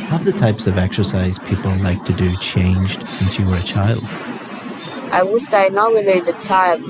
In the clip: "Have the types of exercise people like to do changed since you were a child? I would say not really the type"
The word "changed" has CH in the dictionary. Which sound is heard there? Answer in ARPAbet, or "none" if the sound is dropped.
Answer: CH